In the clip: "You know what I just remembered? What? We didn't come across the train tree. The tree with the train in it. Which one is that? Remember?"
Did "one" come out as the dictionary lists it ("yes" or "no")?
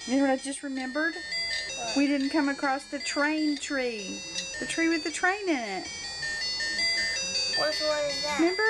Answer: no